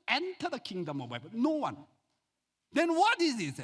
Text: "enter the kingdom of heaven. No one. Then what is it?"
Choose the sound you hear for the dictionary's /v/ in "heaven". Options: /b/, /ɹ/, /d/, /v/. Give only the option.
/b/